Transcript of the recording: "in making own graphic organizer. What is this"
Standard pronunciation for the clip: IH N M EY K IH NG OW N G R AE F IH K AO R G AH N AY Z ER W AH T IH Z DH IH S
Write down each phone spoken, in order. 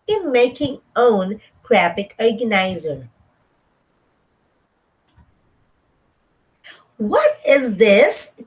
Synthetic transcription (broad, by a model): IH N M EY K IH NG OW N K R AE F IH K AO R G AH N AY Z ER W AH T IH Z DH IH S